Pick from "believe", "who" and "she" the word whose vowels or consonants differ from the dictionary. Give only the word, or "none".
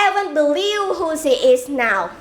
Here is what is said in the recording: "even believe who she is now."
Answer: she